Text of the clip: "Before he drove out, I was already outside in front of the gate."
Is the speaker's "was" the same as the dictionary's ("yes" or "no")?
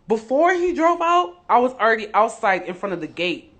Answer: yes